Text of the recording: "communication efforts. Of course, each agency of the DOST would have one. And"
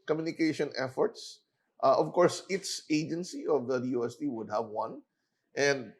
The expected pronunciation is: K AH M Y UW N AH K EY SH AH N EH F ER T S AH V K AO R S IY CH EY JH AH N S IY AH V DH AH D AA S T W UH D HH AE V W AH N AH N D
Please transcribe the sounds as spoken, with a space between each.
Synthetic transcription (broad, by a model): K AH M Y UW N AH K EY SH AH N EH F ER T S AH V K AO R S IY S EY JH AH N S IY AH V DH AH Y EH S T W UH D HH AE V W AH N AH N D